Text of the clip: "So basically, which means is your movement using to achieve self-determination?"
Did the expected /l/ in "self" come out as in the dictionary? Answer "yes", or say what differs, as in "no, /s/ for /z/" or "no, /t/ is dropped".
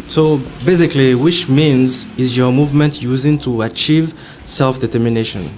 yes